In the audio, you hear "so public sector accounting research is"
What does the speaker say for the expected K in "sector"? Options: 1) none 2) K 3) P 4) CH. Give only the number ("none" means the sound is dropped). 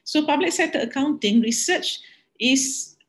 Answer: 1